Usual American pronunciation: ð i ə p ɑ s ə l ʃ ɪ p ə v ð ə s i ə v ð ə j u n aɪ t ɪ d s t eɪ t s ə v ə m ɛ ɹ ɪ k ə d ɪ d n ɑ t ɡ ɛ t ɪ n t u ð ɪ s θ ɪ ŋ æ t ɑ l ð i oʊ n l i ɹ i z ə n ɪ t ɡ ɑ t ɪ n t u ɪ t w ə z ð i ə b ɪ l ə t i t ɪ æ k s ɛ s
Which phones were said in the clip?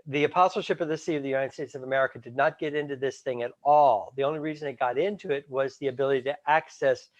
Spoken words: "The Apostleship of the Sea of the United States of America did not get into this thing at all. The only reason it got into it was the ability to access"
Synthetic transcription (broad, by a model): ð i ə p ɑ s l ʃ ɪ p ə v ð ə s i ə v ð ə j u n aɪ t ɪ d s t eɪ t s ə v ə m ɛ ɹ ɪ k ə d ɪ d n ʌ t ɡ ɛ t ɪ n t u ð ɪ s θ ɪ ŋ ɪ t ɑ l ð i oʊ n l i ɹ i z ə n ɪ t ɡ ɑ t ɪ n t u ɪ t w ə z ð i ə b ɪ l ə t i t ɪ æ k s ɛ s